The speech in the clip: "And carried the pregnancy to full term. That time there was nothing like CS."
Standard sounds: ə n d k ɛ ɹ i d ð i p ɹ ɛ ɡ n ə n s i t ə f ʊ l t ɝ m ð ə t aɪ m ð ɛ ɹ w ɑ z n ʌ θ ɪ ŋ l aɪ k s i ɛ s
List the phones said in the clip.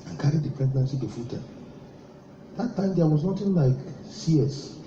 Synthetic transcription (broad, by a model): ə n k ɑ ɹ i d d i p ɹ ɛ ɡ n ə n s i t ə f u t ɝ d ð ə t aɪ m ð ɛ w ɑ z n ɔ t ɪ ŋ l aɪ k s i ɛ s